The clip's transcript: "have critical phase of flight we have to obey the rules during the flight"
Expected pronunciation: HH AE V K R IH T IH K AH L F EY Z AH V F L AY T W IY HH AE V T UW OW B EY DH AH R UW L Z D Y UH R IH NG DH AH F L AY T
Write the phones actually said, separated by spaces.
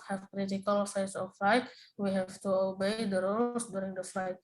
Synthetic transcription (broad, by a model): HH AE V K R IH T IH K AH L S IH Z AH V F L AY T W IY HH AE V T UW OW B EY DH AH R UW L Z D Y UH R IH NG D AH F L AY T